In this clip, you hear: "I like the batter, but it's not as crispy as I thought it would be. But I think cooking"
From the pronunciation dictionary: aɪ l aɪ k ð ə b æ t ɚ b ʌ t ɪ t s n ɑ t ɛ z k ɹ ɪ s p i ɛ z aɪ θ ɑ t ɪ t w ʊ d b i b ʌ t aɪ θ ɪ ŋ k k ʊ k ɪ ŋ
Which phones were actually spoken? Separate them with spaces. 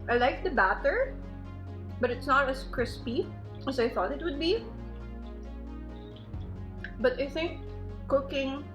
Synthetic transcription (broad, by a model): aɪ l aɪ k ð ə b æ t ɚ b ʌ t ɪ t s n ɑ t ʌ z k ɹ ɪ s p i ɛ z aɪ θ ɑ t ɪ t w ʊ d b i b ʌ t aɪ θ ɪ ŋ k k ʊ k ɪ ŋ